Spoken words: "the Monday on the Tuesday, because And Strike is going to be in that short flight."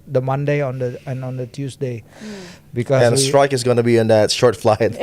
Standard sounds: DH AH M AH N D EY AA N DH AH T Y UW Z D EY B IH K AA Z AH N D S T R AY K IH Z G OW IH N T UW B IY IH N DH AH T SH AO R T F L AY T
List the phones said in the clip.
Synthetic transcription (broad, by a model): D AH M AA N D EY AA N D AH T Y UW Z D EY B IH K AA AH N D S T R AY K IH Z G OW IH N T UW B IY IH N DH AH T SH AO R T F L AY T